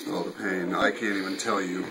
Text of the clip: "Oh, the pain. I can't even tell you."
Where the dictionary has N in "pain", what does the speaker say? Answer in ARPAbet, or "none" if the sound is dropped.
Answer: N